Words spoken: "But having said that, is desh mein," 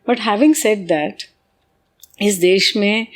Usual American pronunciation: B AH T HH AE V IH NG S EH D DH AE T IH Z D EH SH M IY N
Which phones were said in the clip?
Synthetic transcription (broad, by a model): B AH T HH AE V IH NG S EH D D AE T IH S D EH SH M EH